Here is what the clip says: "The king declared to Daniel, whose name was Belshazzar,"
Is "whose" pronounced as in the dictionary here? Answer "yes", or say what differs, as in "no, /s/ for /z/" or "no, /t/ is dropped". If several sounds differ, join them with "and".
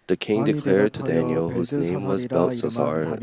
yes